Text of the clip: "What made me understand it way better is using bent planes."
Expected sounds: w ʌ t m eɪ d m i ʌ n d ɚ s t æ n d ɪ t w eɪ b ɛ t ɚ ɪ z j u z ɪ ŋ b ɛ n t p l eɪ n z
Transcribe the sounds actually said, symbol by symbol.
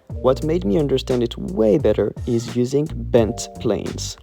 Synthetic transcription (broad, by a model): w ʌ t m eɪ d m i ʌ n d ɚ s t æ n d ɪ t w eɪ b ɛ t ɚ ɪ z j u z ɪ ŋ b ɛ n t p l eɪ n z